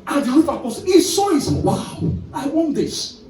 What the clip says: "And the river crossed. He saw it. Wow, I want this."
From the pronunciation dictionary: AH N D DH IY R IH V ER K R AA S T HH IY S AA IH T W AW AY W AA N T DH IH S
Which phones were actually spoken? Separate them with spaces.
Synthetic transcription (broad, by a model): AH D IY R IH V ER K AA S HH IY S AA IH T W AW AY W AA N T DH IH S